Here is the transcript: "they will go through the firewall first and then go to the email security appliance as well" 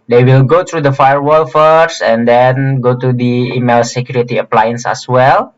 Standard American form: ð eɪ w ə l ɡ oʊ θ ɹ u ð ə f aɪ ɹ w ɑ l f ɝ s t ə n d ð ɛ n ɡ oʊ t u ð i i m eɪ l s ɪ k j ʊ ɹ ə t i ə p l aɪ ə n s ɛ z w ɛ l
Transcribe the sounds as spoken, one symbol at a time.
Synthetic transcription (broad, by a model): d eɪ w ə l ɡ oʊ t ɹ u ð ə f aɪ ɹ w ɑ l f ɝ s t ə n d ɛ n ɡ oʊ t u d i i m eɪ l s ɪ k j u ɹ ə t i ə p l aɪ ə n s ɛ s w ɛ l